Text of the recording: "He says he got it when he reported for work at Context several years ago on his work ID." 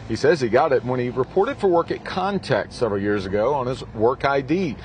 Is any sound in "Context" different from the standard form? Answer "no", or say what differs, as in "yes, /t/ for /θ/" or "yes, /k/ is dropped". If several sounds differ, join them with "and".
yes, /s/ is dropped